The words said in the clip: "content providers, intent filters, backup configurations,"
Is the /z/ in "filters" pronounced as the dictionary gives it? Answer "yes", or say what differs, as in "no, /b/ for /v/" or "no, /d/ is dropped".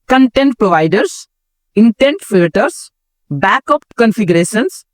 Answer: no, /s/ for /z/